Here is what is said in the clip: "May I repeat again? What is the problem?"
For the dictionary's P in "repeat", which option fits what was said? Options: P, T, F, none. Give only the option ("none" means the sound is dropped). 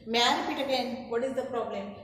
F